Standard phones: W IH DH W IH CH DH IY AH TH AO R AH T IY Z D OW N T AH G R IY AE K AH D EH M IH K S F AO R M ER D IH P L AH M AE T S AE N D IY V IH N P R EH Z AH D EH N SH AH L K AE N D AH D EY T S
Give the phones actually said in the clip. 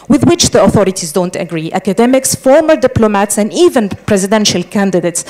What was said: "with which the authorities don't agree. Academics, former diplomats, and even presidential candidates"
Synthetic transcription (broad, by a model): W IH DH W IH CH DH IY AH TH AO R AH T IY Z D OW N T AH G R IY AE K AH D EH M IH K S F AO R M ER D IH P L AH M AE T S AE N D IY V IH N P R EH Z AH D EH N SH AH L K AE N D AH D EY T S